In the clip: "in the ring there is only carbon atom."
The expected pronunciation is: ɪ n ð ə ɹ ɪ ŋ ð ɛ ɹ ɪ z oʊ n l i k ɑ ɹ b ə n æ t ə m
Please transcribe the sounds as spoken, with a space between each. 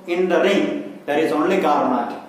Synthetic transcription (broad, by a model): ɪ n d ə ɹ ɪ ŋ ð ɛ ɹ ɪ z oʊ n l i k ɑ ɹ ə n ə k